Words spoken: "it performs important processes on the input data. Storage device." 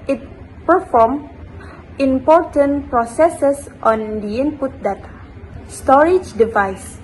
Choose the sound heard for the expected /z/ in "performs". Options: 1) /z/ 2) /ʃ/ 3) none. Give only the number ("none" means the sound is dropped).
3